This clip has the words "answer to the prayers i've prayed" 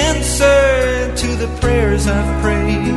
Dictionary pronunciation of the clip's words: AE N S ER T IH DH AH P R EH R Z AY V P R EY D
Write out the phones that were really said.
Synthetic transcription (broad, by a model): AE N S ER T IH DH AH P R EH R Z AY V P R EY